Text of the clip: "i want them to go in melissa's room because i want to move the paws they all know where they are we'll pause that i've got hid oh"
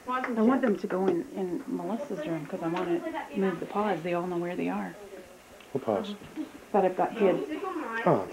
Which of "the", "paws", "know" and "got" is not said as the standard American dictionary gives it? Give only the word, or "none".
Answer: none